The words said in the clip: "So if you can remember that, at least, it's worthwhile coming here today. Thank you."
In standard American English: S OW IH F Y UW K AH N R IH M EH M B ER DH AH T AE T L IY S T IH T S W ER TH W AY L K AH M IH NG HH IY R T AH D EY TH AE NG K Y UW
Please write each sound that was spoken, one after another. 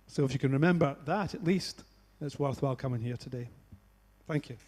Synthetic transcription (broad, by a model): S OW IH F Y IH K AH N R IH M EH M B ER DH AH T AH T L IY S T IH T S W ER TH W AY L K AH M IH NG HH IY R T AH D EY TH AE NG K Y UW